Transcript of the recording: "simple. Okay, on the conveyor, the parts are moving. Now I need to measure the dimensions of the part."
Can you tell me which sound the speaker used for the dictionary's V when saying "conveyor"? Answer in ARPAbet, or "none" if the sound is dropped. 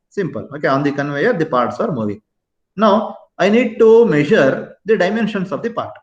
V